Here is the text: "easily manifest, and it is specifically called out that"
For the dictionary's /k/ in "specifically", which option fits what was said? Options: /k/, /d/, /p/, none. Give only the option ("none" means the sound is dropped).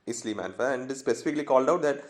/k/